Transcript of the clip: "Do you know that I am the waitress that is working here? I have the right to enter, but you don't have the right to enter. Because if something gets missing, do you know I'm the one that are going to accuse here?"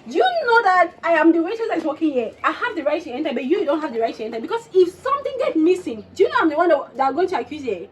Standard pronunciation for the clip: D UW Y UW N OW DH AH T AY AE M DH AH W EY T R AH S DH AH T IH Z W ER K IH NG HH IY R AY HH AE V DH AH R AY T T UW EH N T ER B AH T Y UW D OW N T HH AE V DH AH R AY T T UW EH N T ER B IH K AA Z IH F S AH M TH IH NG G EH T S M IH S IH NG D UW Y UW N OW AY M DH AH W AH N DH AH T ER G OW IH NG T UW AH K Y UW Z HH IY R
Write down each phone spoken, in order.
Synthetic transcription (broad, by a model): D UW Y UW N OW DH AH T AY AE M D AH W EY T AH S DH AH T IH K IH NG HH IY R AY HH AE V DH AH R AY T T UW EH N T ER B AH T Y UW D OW N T HH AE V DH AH R AY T T UW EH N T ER B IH K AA S IH F S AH M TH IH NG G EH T M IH S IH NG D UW Y UW N OW AY M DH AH W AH N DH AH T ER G OW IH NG T UW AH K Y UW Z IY